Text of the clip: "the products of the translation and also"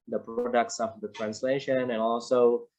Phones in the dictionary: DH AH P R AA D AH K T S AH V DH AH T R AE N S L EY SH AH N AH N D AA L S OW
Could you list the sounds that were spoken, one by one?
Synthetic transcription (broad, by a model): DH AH P R AA D AH K T S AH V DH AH T R AE N S L EY SH AH N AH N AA L S OW